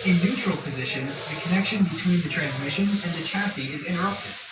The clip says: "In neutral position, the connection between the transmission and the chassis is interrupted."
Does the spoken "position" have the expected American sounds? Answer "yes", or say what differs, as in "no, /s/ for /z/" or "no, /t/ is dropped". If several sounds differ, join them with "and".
yes